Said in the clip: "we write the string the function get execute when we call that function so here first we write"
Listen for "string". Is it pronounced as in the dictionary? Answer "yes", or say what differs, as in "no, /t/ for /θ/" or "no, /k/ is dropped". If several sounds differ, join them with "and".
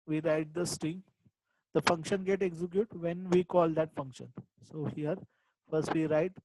no, /ɹ/ is dropped